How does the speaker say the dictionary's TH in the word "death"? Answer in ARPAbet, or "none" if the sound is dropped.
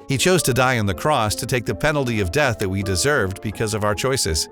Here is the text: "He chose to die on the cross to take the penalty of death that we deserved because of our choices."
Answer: TH